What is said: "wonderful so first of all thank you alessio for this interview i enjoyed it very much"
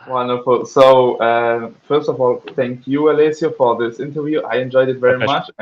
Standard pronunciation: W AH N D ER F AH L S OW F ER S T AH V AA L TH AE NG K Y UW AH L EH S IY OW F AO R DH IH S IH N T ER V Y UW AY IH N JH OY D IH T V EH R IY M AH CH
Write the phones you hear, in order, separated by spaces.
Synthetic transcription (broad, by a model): W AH N D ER F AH L S OW F ER S T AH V AA L TH AE NG K Y UW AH L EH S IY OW F AO R DH IH S IH N T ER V Y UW AY IH N JH OY D IH T V EH R IY M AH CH